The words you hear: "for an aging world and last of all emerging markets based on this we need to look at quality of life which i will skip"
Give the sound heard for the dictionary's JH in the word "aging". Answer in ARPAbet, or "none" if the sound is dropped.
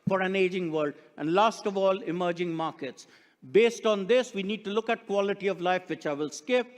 JH